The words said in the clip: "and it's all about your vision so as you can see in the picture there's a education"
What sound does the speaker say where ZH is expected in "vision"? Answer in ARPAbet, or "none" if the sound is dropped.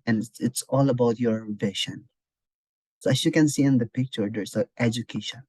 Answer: SH